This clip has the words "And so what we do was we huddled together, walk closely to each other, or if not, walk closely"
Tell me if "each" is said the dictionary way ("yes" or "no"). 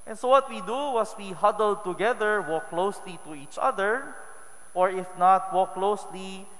yes